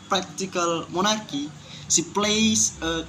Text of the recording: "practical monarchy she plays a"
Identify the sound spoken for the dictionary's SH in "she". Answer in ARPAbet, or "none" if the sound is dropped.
S